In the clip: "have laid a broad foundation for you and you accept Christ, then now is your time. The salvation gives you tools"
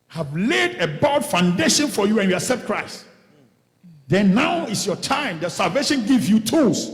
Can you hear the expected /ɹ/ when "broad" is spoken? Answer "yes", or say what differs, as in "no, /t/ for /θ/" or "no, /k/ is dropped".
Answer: no, /ɹ/ is dropped